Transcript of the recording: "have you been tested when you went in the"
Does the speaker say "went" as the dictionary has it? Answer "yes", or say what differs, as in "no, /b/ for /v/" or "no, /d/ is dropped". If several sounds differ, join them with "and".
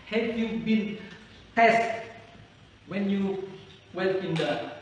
no, /n/ is dropped